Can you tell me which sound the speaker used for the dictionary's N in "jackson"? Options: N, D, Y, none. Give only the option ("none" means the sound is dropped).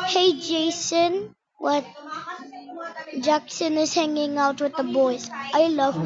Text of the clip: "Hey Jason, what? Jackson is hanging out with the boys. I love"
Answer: N